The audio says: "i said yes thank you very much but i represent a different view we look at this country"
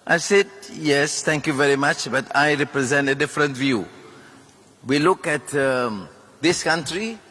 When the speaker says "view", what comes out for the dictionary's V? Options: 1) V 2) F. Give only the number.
1